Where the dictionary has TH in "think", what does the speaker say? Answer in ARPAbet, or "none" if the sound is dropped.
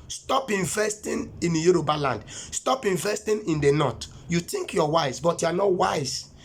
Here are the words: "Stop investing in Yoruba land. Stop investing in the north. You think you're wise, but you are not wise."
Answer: T